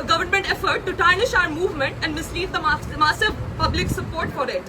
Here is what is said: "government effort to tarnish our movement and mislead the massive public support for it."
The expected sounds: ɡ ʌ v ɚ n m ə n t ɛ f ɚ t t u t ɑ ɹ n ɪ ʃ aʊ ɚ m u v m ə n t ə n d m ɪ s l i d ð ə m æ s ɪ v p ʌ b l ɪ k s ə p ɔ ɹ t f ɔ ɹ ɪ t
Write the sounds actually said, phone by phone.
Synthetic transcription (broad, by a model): ɡ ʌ v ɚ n m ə n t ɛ f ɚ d t u t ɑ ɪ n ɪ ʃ aʊ ɚ m u v m ə n t ə n d m ɪ s l i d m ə m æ s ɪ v p ʌ b l ɪ k s ə p ɔ ɹ t f ɔ ɹ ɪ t